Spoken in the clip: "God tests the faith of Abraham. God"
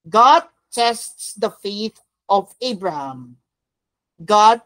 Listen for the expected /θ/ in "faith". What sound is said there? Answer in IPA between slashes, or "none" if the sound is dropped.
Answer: /t/